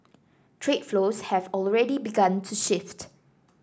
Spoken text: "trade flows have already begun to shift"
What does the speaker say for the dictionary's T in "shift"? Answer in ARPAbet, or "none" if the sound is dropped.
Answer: T